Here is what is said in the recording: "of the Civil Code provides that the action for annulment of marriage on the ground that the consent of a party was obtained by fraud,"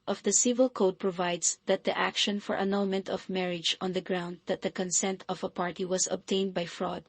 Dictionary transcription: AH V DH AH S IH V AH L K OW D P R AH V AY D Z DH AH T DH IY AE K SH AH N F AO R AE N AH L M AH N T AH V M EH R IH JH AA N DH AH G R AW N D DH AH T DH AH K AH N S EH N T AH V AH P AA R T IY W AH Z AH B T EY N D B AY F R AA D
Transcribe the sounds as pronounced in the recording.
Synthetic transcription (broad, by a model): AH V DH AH S IH V AH L K OW D P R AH V AY D S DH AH T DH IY AE K SH AH N F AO R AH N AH N M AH N T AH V M EH R IH JH AA N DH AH G R AW N D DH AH T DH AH K AH N S EH N T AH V AH P AA R T IY W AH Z AH B T EY N D B AY F R AA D